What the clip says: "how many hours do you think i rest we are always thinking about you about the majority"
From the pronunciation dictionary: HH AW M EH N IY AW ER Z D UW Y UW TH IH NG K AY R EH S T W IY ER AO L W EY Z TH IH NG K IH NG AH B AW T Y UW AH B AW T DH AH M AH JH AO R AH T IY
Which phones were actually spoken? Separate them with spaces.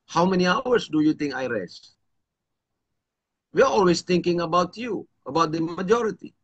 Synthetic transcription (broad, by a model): HH AW M EH N IY AW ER S D UW Y UW T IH NG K AY R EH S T W IY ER AO L W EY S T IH NG K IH NG AH B AW T Y UW AH B AW T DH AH M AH JH AO R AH T IY